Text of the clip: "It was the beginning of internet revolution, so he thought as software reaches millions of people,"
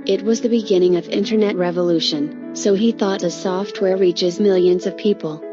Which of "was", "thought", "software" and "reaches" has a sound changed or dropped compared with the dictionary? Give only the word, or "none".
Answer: none